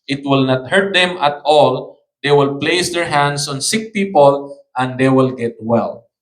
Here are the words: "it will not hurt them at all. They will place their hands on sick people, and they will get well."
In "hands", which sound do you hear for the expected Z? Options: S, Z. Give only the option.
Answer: S